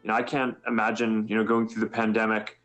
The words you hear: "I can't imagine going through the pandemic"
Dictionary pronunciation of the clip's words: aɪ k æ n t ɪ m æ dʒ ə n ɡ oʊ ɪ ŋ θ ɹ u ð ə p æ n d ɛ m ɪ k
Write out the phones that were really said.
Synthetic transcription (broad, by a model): aɪ k æ n t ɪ m æ dʒ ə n ɡ oʊ ɪ ŋ θ ɹ u ð ə p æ n d ɛ m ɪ k